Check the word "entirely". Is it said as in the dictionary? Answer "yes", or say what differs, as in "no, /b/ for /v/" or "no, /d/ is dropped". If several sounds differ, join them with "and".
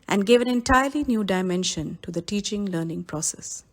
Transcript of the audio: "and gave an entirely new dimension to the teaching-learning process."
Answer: yes